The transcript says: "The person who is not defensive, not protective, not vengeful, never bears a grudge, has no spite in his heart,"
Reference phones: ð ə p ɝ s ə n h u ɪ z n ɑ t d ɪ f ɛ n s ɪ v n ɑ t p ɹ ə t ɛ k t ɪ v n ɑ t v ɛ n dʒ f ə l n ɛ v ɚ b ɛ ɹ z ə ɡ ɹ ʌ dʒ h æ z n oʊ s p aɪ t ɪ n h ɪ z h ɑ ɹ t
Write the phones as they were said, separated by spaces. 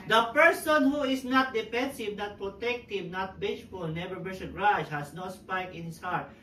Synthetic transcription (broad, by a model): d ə p ɝ s ə n h u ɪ s n ɑ t d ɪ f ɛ n s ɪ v n ɑ t p ɹ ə t ɛ k t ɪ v n ɑ t b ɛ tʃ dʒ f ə l n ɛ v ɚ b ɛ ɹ s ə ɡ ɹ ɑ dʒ h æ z n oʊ s p aɪ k ɪ n h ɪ s h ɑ ɹ t